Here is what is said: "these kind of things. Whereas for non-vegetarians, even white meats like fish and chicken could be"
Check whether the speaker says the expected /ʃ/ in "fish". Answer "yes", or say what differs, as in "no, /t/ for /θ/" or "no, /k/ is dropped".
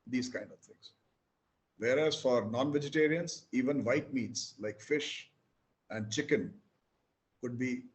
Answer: yes